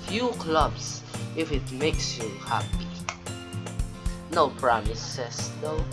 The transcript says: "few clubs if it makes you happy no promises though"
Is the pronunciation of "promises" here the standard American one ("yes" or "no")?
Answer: no